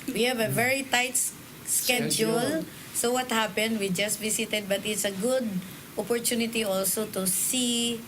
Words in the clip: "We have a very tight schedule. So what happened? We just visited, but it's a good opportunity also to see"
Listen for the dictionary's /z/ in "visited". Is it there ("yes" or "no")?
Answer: no